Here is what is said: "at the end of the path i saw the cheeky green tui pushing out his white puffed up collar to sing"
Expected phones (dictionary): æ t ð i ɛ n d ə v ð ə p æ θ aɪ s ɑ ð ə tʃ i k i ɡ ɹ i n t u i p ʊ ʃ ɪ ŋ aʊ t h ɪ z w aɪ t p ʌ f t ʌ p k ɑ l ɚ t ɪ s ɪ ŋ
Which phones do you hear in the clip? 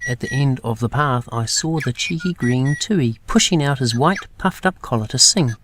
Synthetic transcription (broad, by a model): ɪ t ð i ɛ n d ə v ð ə p æ θ aɪ s ɑ ð ə tʃ i k i ɡ ɹ i n t u i p ʊ ʃ ɪ ŋ aʊ t h ɪ z w aɪ t p ʌ f t ʌ p k ɑ l ɚ t ɪ s ɪ ŋ